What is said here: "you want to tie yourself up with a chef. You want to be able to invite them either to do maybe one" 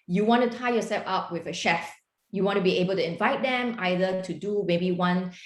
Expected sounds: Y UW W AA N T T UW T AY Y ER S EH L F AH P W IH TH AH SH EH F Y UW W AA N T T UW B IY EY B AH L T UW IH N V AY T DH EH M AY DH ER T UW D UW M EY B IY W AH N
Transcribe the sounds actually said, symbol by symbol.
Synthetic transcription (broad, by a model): Y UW W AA N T T UW T AY Y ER S EH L F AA P W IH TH AH SH EH F Y UW W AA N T T UW B IY EY B AH L T UW IH N V AY T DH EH M AY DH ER T UW D UW M EY B IY W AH N